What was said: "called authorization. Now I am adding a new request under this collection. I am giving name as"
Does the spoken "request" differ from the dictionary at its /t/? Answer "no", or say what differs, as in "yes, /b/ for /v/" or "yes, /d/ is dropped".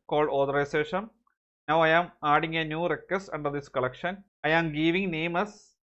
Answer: yes, /t/ is dropped